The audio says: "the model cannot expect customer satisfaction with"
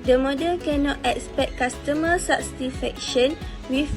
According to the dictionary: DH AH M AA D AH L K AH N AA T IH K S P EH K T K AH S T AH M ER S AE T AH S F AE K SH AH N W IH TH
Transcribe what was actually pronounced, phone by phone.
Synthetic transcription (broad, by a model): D AH M AA D AH L K AH N AA T IH K S P EH K T K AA S T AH M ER S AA S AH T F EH K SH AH N W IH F